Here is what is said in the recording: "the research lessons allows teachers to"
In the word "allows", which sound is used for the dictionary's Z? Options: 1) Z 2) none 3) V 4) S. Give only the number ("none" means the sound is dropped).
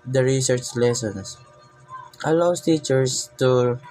4